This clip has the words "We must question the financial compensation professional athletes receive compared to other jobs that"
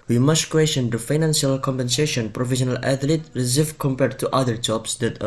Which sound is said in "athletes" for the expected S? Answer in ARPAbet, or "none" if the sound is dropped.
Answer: none